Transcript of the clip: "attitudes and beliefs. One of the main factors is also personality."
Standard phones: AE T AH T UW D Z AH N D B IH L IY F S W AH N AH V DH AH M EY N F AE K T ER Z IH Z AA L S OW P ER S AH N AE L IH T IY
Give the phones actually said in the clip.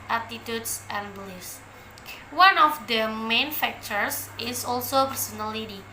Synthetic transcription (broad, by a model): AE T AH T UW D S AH N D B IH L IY S W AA N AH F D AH M EY N F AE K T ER S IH S AA L S OW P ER S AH N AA L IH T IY